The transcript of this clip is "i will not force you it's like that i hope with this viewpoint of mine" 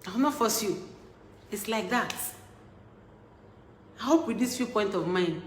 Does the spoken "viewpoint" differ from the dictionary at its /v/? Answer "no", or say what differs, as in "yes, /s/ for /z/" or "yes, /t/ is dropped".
yes, /f/ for /v/